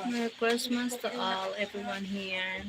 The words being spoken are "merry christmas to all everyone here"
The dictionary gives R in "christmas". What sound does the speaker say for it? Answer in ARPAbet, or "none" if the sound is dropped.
W